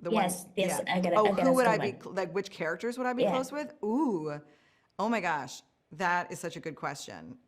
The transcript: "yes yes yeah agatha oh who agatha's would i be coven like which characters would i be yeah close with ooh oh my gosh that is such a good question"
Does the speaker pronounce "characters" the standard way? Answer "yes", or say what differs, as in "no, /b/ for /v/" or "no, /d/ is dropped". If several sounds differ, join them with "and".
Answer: yes